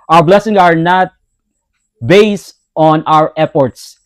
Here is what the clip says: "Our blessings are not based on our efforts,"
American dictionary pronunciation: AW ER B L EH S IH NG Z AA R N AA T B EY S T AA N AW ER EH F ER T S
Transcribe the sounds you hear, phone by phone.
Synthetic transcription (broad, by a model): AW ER B L EH S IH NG S AA R N AA T B EY S T AA N AW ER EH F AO T S